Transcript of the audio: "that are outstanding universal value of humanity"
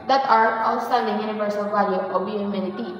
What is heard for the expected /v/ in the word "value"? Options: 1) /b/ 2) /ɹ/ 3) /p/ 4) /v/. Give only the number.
3